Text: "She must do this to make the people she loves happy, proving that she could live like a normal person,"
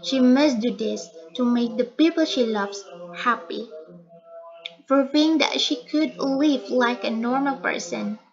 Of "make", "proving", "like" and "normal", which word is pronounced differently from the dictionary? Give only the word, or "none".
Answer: proving